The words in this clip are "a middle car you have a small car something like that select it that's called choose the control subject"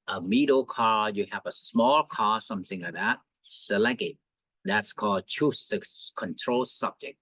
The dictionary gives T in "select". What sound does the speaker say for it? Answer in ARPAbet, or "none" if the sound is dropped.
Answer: none